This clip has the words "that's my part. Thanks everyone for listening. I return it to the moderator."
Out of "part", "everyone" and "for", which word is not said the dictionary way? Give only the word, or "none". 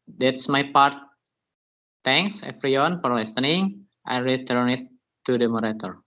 everyone